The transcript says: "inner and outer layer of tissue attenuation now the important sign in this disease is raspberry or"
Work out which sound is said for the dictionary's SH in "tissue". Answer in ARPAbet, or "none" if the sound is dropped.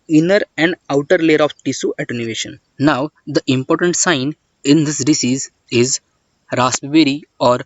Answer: S